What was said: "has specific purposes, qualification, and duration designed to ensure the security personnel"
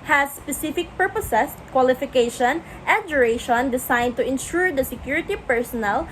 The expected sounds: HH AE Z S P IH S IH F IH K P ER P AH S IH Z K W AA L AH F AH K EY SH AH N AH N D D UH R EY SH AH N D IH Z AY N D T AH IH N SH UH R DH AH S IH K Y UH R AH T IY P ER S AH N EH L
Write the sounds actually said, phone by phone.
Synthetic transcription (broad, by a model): HH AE S P IH S IH F IH K P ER P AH S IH S K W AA L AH F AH K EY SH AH N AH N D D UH R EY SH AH N D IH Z AY N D T AH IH N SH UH R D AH S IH K Y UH R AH T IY P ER S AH N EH L